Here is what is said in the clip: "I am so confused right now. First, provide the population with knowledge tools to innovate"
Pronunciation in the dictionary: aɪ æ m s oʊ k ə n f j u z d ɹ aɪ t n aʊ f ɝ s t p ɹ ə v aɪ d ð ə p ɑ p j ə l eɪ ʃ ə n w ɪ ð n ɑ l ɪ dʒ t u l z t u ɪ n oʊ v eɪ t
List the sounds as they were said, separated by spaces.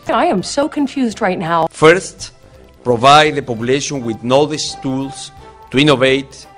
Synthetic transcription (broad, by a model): aɪ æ m s oʊ k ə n f j u z d ɹ aɪ t n aʊ f ɝ s t p ɹ ə v aɪ d ð ə p ɑ p j ə l eɪ ʃ ə n w ɪ ð n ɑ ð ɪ ʃ t u l s t u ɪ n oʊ v eɪ t